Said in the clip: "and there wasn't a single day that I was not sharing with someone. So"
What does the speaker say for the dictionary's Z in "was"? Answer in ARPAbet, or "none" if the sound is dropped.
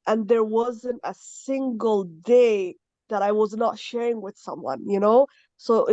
Z